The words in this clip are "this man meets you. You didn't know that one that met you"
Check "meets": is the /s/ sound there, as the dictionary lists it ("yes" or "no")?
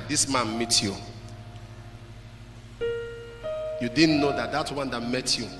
no